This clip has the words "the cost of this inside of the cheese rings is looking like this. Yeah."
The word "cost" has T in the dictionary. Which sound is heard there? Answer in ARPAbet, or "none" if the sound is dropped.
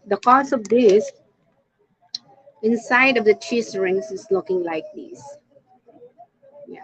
none